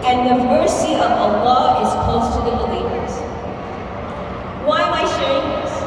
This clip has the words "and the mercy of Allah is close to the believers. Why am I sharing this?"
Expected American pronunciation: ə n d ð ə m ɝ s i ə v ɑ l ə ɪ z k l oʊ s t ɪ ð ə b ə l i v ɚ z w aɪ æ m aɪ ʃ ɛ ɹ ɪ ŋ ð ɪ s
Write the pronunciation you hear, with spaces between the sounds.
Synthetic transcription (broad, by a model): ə n ð ə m ɝ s i ə v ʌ l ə ɪ z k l oʊ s t ɪ ð ə b ə l i v ɚ z w aɪ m aɪ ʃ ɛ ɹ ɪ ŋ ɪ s